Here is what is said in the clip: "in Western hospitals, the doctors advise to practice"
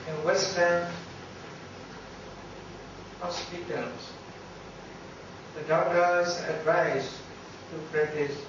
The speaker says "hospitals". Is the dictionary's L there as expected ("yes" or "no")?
no